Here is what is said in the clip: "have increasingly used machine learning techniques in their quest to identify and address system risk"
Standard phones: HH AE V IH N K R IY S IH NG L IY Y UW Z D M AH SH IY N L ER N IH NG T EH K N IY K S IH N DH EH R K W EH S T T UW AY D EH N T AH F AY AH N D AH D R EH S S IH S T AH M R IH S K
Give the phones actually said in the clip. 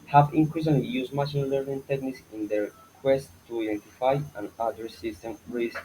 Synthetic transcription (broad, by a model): HH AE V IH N K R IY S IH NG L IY Y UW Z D M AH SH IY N L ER N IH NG T EH K N IY K S IH N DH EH R K W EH S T T UW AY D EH N T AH F AY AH N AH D AH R S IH S T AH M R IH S